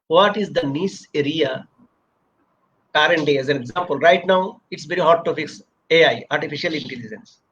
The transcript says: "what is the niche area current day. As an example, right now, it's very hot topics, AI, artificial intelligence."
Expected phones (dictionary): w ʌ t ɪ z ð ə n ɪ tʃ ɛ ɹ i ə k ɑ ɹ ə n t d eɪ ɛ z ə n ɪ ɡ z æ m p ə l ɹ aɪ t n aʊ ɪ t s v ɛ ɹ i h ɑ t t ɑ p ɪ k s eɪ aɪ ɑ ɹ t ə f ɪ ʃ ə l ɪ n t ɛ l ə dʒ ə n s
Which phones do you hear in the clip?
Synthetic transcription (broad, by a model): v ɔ t ɪ z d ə n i s ɛ ɹ i ə k ɑ ɹ ə n t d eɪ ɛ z ə n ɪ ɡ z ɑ m p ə l ɹ aɪ t n aʊ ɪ t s v ɛ ɹ i h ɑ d t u f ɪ k s eɪ aɪ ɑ ɹ t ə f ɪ ʃ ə l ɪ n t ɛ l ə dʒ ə n s